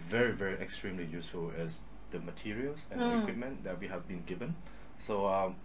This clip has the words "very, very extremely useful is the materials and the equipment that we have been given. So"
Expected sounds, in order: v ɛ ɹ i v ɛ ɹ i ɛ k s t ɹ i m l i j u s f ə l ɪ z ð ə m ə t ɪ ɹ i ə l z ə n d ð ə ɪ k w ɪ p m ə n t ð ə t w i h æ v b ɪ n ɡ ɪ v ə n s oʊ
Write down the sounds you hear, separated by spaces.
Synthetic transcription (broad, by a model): v ɛ ɹ i v ɛ ɹ i ɛ k s t ɹ i m l i j u s f ə l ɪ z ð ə m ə t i ɹ i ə l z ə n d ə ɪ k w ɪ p m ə n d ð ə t w i h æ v b ɪ n ɡ ɪ v ə n s oʊ